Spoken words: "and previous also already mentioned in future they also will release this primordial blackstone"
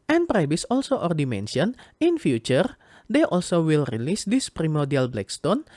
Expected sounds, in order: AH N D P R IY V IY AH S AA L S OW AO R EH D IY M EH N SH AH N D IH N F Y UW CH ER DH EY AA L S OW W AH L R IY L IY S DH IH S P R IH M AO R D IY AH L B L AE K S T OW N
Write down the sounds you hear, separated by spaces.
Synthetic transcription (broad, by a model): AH N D P R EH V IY S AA L S OW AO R D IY M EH N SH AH N IH N F Y UW CH ER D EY AA L S OW W AH L R IY L IY S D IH S P R IH M AO R D IY AH L B L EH K S T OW N